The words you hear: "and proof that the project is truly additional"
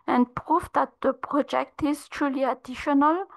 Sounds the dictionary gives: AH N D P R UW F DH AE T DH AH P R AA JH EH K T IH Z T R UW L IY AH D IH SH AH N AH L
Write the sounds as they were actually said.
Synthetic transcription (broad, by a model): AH N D P R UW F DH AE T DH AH P R AA JH EH K T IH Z T R UW L IY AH D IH SH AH N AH L